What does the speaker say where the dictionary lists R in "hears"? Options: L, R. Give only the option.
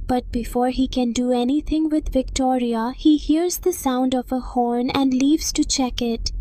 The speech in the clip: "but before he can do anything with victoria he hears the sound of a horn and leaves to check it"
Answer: R